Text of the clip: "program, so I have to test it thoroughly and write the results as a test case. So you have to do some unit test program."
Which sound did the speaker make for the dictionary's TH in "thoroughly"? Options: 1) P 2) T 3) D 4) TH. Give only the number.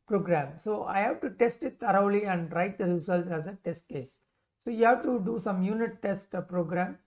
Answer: 2